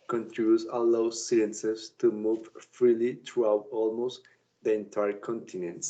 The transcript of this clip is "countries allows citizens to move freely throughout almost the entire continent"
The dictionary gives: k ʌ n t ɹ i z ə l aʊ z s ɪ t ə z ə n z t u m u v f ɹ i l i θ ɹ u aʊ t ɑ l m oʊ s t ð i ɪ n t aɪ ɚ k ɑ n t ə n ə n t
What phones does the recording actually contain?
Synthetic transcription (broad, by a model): k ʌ n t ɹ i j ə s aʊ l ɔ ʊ s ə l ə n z t u m u v f ɹ i l i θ ɹ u aʊ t ɑ l m oʊ s t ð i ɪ n t aɪ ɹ k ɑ n t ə n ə n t